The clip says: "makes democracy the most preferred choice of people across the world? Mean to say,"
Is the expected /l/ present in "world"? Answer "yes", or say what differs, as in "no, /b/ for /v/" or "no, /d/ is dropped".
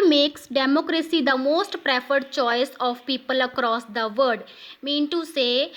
no, /l/ is dropped